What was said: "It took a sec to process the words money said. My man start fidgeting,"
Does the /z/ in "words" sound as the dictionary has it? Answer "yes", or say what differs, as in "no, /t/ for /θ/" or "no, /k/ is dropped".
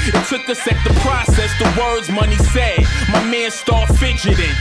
yes